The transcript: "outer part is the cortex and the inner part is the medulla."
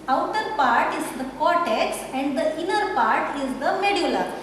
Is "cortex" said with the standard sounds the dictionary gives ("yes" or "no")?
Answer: yes